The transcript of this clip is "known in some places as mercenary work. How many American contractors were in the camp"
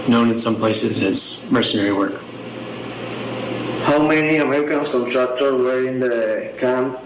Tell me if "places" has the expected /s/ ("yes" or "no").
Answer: yes